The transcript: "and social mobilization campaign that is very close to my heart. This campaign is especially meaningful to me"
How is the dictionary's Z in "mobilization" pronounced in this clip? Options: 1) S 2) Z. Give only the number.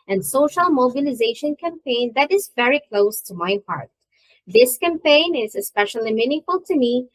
2